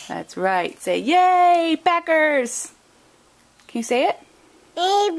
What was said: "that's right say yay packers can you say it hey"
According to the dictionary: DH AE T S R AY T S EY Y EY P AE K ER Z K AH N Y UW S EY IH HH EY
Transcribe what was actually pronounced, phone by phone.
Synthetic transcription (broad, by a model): DH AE T S R AY T S EY Y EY B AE K ER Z K AH N Y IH S EY IH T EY